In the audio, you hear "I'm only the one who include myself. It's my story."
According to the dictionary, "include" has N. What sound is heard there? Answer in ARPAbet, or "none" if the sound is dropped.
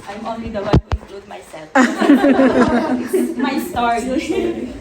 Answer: none